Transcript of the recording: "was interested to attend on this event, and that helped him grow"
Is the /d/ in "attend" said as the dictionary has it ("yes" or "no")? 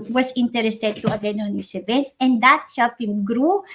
no